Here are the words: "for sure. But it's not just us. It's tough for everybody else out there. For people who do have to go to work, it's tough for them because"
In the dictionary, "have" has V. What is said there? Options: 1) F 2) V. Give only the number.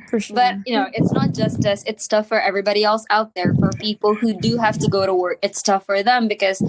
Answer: 1